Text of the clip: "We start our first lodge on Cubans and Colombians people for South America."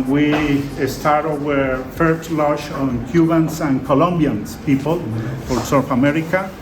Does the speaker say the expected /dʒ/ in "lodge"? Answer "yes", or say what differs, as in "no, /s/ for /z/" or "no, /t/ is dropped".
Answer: no, /ʃ/ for /dʒ/